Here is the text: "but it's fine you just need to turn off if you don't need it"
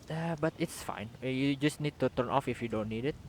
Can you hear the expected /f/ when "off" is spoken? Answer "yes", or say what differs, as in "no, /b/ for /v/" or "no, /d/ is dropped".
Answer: yes